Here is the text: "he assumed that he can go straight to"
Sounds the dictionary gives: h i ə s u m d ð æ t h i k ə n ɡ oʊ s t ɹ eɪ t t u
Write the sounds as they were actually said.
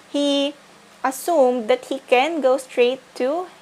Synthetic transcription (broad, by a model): h i ə s u m d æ t h i k ə n ɡ oʊ s t ɹ eɪ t t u